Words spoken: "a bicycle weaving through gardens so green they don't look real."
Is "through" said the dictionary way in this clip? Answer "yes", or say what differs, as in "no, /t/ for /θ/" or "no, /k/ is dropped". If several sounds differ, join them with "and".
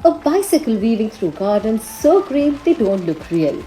no, /t/ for /θ/